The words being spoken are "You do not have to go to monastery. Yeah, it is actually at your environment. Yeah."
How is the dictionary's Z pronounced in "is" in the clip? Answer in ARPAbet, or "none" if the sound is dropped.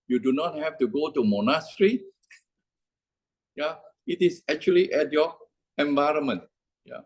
S